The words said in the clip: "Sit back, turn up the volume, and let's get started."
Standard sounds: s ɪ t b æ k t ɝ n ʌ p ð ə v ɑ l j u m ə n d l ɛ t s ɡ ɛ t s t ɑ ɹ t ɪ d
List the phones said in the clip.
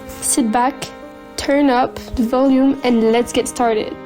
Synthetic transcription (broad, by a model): s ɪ t b æ k t ɝ n ʌ p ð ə v ɑ l j u m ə n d l ɛ t s ɡ ɛ t s t ɑ ɹ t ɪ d